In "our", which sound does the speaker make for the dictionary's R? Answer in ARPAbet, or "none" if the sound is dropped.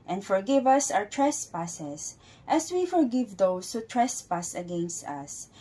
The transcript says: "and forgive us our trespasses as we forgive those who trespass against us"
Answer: W